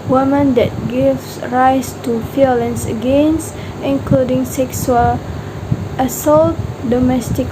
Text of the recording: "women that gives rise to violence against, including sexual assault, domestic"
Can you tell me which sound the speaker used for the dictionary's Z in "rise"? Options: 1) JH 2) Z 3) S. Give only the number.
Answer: 3